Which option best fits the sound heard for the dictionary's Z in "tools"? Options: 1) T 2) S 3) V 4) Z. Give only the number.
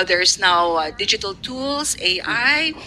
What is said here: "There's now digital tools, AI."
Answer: 2